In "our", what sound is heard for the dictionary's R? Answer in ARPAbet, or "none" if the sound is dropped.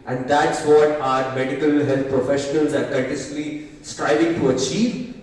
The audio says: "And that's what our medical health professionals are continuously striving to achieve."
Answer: R